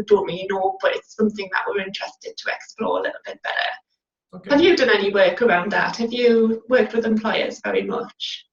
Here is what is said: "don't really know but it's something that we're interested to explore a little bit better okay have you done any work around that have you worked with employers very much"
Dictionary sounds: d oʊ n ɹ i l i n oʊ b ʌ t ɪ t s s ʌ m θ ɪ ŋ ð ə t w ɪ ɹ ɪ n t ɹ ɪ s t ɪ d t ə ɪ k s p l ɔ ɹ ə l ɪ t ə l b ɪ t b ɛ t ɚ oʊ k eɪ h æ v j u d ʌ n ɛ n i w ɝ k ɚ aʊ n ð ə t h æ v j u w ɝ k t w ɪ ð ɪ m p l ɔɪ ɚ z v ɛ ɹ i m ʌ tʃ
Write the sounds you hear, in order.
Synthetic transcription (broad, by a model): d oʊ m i i n oʊ b ʌ t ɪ t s s ʌ m θ ɪ ŋ ð ə t w ɪ ɹ ɪ n t ɹ ɪ s t ɪ d t ə ɪ k s p l ɔ ɹ ə l ɪ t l b ɪ t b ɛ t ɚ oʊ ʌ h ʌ v j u d ʌ n ɛ n i w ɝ k ɚ aʊ n ð ə t h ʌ v j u w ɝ k t w ɪ ð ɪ m p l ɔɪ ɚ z v ɛ ɹ i m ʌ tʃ